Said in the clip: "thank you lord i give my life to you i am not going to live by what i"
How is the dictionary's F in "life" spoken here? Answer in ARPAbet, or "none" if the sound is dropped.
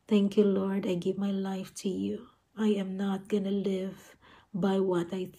F